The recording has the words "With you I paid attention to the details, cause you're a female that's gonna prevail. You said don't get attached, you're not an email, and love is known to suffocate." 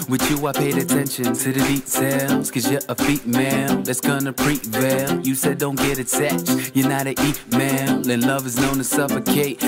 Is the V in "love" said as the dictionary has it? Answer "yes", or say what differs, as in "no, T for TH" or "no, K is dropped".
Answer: yes